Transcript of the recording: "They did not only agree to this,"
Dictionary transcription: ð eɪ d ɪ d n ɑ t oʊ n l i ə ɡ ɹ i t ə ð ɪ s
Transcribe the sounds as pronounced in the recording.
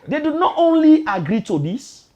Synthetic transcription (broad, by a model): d eɪ d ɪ n ɑ t oʊ n l i ə ɡ ɹ i t ə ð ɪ s